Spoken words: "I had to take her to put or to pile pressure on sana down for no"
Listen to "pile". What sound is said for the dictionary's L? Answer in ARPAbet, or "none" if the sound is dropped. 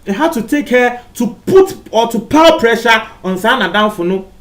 W